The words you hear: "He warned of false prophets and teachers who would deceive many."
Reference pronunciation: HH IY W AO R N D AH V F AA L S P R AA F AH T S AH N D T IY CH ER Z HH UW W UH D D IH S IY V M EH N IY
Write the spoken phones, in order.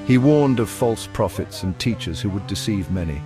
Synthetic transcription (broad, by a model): HH IY W AO R N D AH V F AA L S P R AA F AH T S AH N T IY CH ER Z HH UW W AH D D IH S IY V M EH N IY